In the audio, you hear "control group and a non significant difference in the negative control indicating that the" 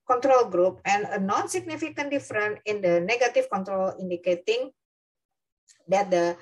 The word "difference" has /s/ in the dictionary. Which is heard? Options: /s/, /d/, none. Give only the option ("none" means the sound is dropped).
none